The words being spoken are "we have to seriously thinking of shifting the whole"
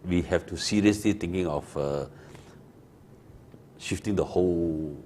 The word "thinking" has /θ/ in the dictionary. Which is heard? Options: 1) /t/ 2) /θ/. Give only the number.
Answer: 1